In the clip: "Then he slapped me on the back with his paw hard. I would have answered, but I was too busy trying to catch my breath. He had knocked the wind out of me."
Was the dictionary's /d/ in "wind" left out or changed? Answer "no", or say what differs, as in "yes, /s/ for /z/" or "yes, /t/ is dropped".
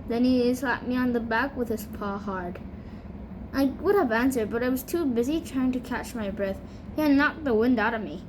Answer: no